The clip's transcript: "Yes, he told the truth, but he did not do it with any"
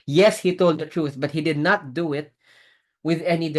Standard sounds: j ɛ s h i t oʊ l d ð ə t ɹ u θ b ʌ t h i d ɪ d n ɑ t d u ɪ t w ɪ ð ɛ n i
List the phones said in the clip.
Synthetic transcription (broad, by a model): j ɛ s h i t oʊ l d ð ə t ɹ u θ b ʌ t h i d ɪ d n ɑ t d u ɪ t w ɪ ð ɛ n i